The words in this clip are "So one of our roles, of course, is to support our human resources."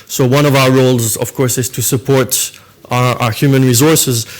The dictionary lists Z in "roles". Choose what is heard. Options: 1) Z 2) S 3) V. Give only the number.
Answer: 1